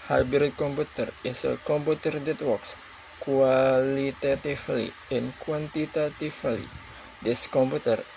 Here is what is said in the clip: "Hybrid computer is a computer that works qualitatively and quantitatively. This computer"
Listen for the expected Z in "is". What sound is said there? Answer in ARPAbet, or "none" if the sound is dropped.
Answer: S